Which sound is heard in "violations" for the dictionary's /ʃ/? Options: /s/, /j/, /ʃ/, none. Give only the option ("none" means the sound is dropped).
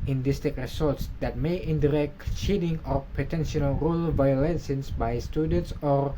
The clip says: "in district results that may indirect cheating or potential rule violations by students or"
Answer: /s/